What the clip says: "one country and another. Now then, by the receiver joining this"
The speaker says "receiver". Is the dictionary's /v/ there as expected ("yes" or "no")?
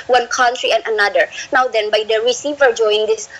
yes